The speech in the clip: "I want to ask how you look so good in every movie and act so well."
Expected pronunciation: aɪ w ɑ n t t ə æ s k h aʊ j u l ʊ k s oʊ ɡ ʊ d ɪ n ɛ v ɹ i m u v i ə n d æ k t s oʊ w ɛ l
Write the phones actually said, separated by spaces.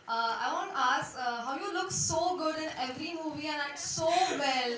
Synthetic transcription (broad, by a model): aɪ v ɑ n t t ə s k h aʊ j u l ʊ k s oʊ ɡ ʊ d ɪ n ɛ v ɹ i m u v i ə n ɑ t s oʊ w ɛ l